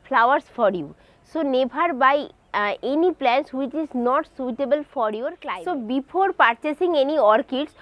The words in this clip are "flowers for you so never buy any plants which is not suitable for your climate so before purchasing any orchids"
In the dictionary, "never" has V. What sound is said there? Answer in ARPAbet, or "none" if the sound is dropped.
B